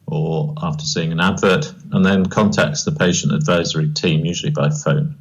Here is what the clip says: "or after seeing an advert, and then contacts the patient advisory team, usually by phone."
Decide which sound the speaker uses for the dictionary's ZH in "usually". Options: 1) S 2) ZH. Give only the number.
2